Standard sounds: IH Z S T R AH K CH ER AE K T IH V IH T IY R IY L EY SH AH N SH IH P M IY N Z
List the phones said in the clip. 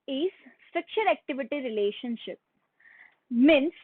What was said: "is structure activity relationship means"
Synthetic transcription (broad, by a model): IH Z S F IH K SH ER AE K T IH V IH T IY R IY L EY SH AH N SH IH P M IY N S